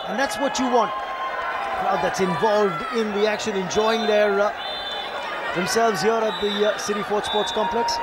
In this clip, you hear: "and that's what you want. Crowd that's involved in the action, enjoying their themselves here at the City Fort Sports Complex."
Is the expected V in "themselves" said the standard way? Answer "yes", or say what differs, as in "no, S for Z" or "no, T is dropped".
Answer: yes